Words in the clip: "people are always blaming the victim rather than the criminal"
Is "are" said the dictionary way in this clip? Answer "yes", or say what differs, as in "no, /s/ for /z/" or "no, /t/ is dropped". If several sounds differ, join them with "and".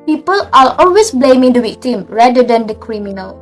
no, /l/ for /ɹ/